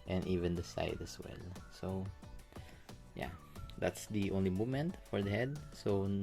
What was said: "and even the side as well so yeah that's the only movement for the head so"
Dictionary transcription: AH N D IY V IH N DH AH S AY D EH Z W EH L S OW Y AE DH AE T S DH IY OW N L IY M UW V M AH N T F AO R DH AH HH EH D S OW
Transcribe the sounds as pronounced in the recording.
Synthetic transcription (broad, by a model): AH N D IY V IH N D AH S AY D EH S W EH L S OW Y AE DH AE T S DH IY OW N L IY M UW M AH N T F AO R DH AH HH EH D S OW